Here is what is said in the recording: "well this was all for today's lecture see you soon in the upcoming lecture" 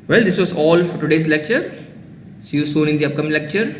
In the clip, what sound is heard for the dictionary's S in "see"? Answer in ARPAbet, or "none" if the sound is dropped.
SH